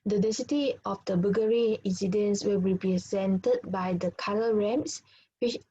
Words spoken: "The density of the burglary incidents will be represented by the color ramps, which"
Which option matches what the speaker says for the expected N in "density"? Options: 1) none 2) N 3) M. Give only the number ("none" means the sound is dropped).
1